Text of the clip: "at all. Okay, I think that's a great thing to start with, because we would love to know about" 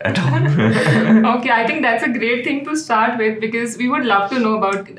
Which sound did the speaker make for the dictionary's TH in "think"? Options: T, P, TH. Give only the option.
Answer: T